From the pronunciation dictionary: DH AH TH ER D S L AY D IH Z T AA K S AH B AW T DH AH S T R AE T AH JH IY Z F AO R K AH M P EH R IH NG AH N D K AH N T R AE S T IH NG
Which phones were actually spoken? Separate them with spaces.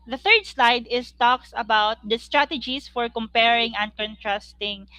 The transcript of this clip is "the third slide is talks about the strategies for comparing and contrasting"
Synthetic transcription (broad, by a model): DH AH TH ER D S L AY D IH S T AA K S AH B AW T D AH S T R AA T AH JH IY S F AO R K AH M P EH R IH NG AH N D K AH N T R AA S T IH NG